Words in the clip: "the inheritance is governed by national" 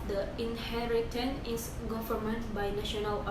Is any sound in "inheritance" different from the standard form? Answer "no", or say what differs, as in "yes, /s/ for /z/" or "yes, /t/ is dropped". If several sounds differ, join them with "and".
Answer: yes, /s/ is dropped